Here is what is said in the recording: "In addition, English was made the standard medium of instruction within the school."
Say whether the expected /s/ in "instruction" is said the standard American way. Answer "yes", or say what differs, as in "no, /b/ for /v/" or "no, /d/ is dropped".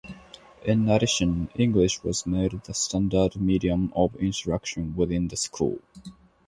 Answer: no, /s/ is dropped